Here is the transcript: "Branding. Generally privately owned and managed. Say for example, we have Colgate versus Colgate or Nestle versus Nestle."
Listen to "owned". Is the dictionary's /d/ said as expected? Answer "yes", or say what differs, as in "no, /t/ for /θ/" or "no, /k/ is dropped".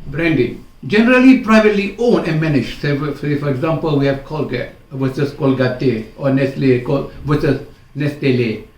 no, /d/ is dropped